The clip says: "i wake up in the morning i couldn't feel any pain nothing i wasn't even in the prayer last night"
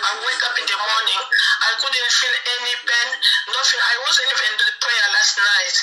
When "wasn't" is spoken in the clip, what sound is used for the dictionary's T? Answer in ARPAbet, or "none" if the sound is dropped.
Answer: none